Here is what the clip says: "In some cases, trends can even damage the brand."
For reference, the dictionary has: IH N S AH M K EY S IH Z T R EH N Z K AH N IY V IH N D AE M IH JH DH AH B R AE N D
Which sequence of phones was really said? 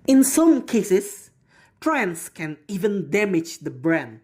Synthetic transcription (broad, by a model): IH N S AH M K EY S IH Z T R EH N S K AH N IY V IH N D AE M IH JH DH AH B R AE N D